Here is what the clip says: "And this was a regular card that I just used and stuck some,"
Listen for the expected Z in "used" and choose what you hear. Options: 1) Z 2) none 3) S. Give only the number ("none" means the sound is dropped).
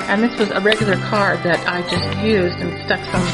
1